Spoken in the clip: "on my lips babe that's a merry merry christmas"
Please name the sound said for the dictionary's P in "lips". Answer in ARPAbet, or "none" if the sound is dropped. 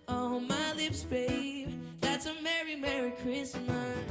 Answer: P